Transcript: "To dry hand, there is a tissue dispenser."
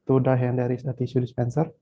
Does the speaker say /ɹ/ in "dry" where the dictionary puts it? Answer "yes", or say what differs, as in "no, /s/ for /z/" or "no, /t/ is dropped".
no, /ɹ/ is dropped